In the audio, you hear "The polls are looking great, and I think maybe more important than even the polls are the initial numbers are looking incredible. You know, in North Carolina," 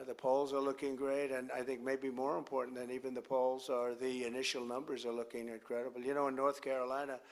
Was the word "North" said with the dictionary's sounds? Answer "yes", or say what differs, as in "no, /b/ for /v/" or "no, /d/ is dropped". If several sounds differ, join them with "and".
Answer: yes